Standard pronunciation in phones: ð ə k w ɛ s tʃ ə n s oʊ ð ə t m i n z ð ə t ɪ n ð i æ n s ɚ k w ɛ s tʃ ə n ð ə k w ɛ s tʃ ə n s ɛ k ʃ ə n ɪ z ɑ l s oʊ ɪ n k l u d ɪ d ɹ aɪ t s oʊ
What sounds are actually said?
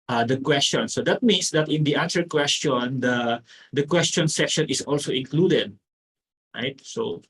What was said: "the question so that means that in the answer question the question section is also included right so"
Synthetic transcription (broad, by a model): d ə k w ɛ s tʃ ə n s oʊ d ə t m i n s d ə t ɪ n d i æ n s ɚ k w ɛ s tʃ ə n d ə k w ɛ s tʃ ə n s ɛ k ʃ ə n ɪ s ɑ l s oʊ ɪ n k l u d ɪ d ɹ aɪ t s oʊ